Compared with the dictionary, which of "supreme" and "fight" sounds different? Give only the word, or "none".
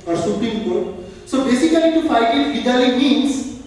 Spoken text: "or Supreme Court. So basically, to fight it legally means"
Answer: supreme